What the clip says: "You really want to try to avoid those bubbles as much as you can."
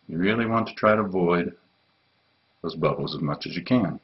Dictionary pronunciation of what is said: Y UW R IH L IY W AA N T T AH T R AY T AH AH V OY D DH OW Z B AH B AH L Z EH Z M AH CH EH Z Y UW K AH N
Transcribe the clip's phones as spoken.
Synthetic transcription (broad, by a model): Y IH R IH L IY W AA N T T AH T R AY T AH AH V OY D DH OW Z B AH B L Z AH Z M AH CH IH Z Y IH K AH N